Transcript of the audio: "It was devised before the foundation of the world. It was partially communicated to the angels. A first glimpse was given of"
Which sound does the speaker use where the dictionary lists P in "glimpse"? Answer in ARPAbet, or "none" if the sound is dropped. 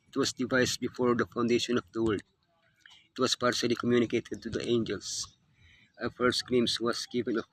none